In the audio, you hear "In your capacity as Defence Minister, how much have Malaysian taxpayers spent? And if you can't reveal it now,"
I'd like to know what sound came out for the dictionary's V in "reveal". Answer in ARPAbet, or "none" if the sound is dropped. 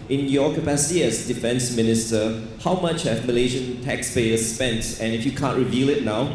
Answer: V